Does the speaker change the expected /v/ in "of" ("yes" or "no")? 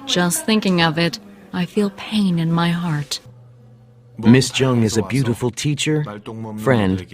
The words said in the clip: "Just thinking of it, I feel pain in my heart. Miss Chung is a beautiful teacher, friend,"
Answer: no